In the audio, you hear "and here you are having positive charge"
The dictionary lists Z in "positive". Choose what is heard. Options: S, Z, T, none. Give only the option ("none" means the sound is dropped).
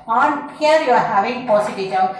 S